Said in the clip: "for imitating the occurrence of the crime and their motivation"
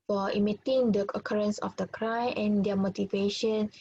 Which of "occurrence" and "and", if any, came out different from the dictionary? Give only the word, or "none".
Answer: none